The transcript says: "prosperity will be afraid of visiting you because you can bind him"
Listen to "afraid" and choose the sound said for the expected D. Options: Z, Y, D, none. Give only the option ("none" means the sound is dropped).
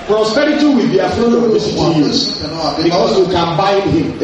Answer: none